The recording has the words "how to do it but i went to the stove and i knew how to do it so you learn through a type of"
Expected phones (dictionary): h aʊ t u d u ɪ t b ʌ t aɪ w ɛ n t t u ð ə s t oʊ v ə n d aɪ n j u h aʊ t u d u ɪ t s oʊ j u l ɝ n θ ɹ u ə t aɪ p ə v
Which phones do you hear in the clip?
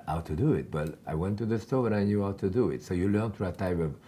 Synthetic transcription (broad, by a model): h aʊ t u d u ɪ t b ʌ t aɪ w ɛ n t t u ð ə s t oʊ b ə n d aɪ n j u h aʊ t u d u ɪ t s oʊ j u l ɝ n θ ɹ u ə t aɪ p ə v